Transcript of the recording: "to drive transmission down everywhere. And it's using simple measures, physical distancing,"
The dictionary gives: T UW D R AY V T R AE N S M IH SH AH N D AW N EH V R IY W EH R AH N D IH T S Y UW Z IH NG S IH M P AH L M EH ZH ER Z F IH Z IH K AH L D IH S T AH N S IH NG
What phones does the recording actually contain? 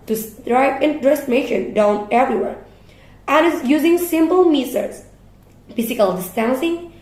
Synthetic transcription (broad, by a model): T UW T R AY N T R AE S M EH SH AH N D AW N EH V R IY W EH R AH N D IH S Y UW Z IH NG S IH M P AH L M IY S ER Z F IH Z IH K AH L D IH S T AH N S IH NG